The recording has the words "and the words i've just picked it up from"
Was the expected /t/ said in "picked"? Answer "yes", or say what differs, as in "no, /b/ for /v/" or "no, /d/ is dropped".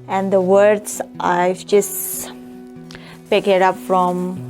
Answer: no, /t/ is dropped